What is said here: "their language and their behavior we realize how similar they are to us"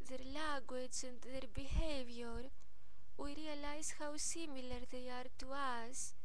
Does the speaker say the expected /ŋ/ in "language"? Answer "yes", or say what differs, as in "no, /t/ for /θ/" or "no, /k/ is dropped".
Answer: no, /ŋ/ is dropped